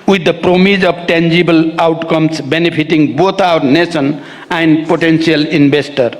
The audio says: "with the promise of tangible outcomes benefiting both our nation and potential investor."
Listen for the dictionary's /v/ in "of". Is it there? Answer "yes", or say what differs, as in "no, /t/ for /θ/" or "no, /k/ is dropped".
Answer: no, /b/ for /v/